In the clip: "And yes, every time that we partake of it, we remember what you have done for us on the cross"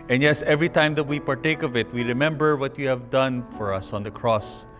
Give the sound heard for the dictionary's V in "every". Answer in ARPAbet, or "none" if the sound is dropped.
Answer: V